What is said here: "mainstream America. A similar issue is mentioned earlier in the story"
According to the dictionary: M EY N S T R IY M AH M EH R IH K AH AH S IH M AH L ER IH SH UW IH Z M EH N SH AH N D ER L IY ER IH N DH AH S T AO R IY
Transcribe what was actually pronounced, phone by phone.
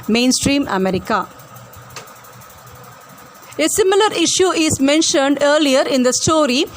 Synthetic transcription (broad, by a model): M EY N S T R IY M AH M EH R IH K AH AH S IH M AH L ER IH SH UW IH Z M EH N SH AH N D ER L IY ER IH N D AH S T AO R IY